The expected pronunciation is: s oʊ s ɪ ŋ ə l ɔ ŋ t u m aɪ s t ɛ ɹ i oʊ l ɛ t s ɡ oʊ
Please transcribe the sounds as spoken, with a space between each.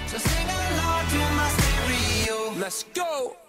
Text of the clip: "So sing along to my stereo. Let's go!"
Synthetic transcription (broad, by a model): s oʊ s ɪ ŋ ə n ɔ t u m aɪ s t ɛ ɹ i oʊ l ɛ t s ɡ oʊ